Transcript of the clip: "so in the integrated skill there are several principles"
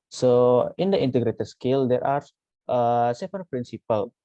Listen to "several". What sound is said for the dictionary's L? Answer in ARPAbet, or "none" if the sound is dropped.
N